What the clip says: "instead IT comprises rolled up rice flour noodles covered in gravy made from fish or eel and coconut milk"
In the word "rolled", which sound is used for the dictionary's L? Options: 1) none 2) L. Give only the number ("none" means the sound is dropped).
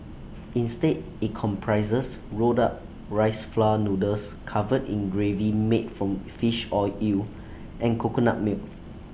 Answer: 1